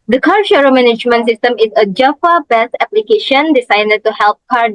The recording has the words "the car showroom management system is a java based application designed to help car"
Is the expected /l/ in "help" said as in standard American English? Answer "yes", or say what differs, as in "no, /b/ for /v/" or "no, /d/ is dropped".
yes